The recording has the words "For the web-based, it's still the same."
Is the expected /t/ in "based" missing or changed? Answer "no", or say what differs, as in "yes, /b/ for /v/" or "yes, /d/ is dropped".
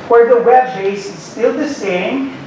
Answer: yes, /t/ is dropped